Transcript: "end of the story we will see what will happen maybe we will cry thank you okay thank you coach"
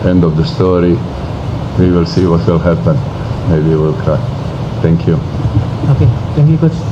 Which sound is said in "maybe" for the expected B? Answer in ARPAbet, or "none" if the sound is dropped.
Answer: none